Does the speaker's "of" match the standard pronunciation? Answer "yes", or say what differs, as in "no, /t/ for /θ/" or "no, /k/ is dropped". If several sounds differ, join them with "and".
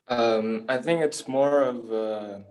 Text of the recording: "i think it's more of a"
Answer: yes